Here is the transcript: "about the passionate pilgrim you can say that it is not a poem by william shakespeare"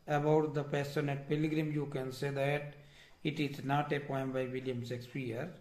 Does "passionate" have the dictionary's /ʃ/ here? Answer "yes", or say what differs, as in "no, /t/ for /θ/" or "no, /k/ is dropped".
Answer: no, /s/ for /ʃ/